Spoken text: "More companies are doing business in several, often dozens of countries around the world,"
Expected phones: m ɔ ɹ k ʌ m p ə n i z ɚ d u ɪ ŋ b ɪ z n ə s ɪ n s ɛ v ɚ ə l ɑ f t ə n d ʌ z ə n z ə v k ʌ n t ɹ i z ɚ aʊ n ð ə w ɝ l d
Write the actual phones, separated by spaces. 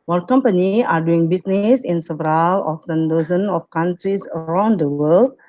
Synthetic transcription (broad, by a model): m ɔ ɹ k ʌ m p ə n i ɑ d u ɪ ŋ b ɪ s n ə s ɪ n s ɛ v ɚ ə l ɑ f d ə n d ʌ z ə n ə f k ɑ n t ɹ i s ɚ aʊ n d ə w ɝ l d